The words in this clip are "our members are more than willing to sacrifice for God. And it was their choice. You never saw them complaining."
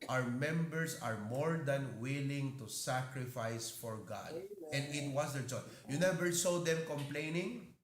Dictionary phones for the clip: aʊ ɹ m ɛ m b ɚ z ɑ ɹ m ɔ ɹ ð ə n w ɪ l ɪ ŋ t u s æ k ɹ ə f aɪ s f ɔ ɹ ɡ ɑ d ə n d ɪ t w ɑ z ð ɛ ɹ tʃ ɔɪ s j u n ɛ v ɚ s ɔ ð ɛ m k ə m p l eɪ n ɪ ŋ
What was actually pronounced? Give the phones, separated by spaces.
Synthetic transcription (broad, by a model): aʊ ɹ m ɛ m b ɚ s ɑ ɹ m ɔ ɹ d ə n w ɪ l ɪ ŋ t u s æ k ɹ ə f aɪ s f ɔ ɹ ɡ ɑ d ə n d ɪ t w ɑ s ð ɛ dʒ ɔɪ j u n ɛ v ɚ s ɔ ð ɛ m k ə m p l eɪ n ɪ ŋ